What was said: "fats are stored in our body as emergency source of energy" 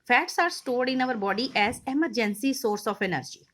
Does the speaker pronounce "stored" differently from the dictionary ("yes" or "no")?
no